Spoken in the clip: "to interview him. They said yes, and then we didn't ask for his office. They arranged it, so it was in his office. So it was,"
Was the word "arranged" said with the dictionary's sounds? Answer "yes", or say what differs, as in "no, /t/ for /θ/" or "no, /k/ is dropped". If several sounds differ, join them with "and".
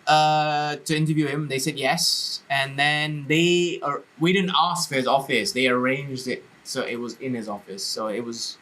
yes